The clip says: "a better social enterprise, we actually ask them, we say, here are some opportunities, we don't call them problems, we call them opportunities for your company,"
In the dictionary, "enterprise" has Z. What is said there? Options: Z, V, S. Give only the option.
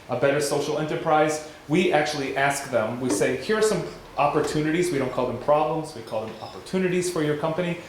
Z